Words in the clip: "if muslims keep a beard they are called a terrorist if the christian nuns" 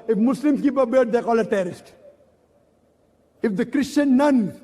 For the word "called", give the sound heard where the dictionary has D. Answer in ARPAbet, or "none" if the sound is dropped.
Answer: none